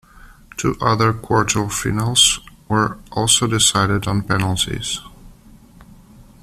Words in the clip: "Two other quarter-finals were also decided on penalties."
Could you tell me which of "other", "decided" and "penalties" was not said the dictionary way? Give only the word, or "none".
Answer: none